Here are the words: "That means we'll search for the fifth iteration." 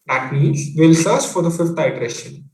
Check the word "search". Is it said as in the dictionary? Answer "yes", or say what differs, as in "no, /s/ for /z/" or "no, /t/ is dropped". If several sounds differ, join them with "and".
no, /s/ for /tʃ/